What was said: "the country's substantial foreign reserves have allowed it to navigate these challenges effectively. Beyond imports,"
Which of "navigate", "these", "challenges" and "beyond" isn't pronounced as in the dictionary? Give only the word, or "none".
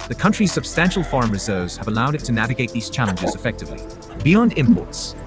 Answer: none